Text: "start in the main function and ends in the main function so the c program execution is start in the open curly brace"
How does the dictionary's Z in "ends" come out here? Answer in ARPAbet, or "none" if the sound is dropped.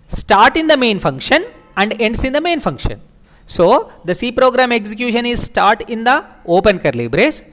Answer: S